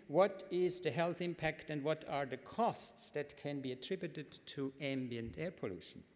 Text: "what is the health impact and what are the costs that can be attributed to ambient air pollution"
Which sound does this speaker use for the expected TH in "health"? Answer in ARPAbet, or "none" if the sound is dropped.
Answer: TH